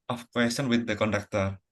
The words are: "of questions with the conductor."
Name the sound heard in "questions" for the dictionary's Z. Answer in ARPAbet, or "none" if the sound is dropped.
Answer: none